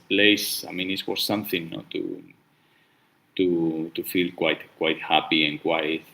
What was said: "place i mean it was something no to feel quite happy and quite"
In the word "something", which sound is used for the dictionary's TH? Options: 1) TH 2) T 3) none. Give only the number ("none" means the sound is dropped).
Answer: 1